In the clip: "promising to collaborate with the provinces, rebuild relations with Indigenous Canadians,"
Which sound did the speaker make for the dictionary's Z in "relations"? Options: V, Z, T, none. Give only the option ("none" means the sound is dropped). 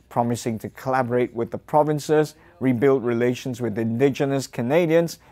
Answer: Z